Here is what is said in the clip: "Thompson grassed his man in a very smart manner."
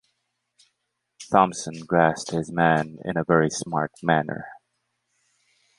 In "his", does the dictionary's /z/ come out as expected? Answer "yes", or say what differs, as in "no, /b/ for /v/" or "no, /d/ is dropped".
yes